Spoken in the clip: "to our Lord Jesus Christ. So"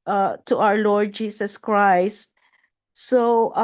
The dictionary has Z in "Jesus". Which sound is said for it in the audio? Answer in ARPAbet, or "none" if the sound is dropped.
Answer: S